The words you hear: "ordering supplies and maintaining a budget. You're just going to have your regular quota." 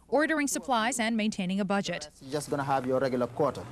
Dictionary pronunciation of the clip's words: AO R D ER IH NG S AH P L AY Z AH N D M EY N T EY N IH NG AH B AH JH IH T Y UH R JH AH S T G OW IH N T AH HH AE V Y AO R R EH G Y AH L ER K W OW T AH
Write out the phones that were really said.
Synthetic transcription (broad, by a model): AO R D ER IH NG S AH P L AY Z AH N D M EY N T EY N IH NG AH B AH JH IH T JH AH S G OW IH N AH HH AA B Y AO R R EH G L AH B K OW T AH